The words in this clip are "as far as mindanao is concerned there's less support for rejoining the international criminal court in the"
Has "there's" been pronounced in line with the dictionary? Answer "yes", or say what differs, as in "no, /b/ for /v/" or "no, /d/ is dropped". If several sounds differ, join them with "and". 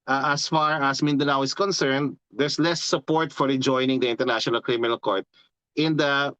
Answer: no, /s/ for /z/